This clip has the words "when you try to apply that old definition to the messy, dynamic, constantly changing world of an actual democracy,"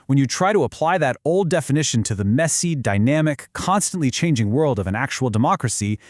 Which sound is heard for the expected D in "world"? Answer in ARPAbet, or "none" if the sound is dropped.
D